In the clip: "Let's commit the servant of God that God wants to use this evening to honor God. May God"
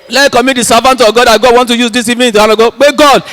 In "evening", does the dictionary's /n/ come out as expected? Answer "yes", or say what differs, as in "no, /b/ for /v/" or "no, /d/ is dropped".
no, /n/ is dropped